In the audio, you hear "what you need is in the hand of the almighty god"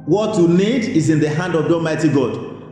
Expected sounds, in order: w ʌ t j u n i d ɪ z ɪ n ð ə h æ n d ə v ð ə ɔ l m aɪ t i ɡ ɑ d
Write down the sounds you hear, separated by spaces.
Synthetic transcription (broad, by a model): w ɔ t j u n i d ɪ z ɪ n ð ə h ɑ n d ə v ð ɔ m aɪ t i ɡ ɑ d